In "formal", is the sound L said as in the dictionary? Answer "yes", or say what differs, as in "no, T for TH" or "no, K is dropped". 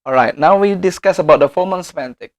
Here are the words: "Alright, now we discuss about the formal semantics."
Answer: no, N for L